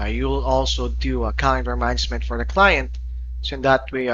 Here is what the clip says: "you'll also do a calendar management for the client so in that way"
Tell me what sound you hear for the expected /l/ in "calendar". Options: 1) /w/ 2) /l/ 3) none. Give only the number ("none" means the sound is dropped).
3